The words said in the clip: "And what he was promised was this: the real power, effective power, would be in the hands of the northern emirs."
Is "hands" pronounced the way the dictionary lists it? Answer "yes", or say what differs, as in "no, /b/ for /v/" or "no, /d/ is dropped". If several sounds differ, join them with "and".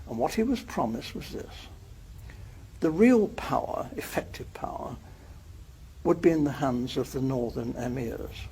yes